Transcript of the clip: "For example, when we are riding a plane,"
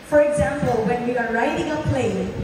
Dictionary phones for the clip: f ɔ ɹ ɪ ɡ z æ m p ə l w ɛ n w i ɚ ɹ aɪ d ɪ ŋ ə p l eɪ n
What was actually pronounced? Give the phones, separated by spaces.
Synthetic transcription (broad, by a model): f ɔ ɹ ɪ ɡ z æ m p ə l w ɛ n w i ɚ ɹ aɪ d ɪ ŋ ə p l eɪ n